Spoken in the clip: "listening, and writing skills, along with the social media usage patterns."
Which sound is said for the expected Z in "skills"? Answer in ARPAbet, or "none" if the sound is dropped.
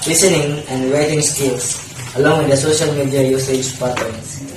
S